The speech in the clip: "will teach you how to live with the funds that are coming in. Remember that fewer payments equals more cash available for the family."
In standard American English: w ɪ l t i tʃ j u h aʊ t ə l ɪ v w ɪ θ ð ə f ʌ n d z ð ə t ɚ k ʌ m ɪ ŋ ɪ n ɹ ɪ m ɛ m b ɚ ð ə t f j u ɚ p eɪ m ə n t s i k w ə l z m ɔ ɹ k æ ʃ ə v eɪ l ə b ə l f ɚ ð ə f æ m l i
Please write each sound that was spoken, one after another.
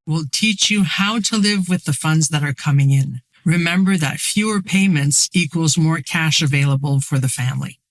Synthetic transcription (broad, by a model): w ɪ l t i tʃ j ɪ h aʊ t ə l ɪ v w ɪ ð ə f ʌ n d z ð ə t ɚ k ʌ m ɪ ŋ ɪ n ɹ ɪ m ɛ m b ɚ ð ə t f j u ɚ p eɪ m ə n t s i k w ə l z m ɔ ɹ k æ ʃ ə v eɪ l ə b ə l f ɚ ð ə f æ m l i